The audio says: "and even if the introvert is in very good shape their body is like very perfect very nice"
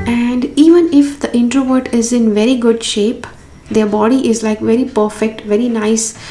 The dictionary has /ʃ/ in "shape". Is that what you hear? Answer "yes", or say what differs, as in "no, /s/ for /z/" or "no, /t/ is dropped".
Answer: yes